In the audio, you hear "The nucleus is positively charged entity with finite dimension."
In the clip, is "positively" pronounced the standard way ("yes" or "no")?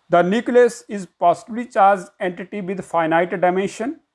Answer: no